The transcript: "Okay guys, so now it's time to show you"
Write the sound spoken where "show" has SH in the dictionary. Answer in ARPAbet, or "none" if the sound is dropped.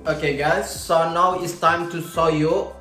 S